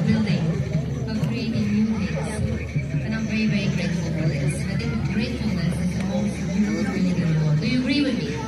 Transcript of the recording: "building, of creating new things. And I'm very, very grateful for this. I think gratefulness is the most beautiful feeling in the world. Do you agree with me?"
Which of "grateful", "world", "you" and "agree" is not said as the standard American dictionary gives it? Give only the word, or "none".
world